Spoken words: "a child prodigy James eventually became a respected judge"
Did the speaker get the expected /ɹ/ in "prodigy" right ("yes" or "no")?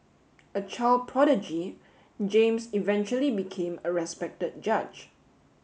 yes